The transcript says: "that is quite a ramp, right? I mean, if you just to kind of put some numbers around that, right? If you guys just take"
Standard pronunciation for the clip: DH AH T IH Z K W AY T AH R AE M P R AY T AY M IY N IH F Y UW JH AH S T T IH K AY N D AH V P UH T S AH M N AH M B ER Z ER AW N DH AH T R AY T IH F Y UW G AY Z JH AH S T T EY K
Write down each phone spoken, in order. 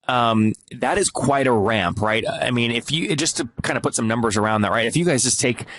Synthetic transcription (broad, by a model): DH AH T IH Z K W AY T AH R AE M P R AY T AY M IY N IH F Y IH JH AH S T T IH K AY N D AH P UH T S AH M N AH M B ER Z ER AW N DH AH T R AY T IH F Y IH G AY Z JH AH S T T EY K